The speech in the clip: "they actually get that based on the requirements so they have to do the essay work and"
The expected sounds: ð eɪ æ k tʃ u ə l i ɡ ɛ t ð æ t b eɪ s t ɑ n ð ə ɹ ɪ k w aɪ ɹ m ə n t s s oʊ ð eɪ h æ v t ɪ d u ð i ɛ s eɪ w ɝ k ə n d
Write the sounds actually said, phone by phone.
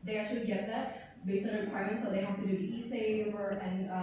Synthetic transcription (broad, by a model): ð eɪ æ k tʃ u ə l i ɡ ɛ t ð æ t b eɪ s t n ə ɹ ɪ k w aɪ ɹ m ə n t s s oʊ ð eɪ h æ f t ɪ d u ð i ɛ s eɪ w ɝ ə n